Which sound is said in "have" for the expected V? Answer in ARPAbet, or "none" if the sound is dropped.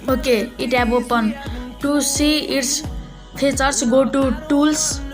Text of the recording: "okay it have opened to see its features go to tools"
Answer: B